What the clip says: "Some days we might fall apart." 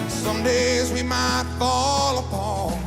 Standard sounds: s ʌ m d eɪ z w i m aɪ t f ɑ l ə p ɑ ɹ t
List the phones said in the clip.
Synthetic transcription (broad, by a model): s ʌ m d eɪ z w i m aɪ t f ɑ l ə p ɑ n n